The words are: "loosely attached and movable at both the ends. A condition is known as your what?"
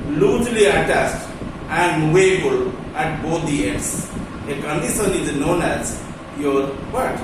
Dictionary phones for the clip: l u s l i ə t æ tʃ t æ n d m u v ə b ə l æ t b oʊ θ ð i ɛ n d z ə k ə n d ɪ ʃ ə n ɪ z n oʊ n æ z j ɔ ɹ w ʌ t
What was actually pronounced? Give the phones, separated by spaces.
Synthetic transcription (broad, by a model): l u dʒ l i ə t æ s t æ n d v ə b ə l æ t b oʊ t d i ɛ d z ə k ə n d ɪ ʃ ə n ɪ z n oʊ n æ z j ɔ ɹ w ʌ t